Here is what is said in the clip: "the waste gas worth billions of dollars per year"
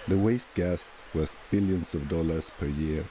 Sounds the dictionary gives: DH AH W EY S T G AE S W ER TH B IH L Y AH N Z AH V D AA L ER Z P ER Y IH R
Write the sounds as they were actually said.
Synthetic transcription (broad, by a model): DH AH W EY S T G AE S W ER S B IH L Y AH N S AH V D AA L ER S P ER Y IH R